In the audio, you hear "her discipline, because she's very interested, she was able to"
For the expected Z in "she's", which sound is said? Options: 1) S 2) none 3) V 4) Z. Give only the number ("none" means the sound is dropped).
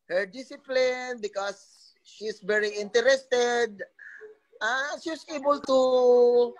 1